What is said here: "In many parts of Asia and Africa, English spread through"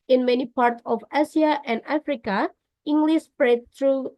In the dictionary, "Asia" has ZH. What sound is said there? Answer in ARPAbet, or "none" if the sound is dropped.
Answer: S